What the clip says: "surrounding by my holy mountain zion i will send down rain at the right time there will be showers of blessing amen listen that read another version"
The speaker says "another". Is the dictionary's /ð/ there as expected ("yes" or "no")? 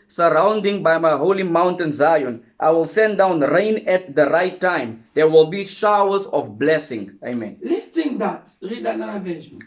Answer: no